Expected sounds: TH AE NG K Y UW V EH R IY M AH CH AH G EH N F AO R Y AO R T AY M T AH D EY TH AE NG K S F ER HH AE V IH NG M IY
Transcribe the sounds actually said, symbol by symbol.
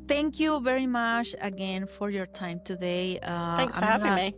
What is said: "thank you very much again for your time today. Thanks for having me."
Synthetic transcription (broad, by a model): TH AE NG K Y UW V EH R IY M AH CH AH G EH N F AO R Y AO R T AY M T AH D EY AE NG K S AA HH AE IH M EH